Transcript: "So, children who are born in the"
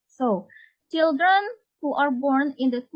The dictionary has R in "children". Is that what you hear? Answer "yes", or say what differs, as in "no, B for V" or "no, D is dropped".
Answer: yes